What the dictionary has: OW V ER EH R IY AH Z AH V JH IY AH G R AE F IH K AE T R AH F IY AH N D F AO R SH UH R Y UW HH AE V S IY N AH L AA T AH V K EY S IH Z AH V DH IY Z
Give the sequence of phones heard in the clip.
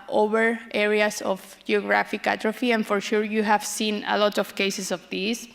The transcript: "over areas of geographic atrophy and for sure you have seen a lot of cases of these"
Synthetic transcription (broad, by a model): OW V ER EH R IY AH S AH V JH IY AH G R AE F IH K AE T R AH F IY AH N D F AO R SH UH R Y UW HH AE V S IY N AH L AA T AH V K EY S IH S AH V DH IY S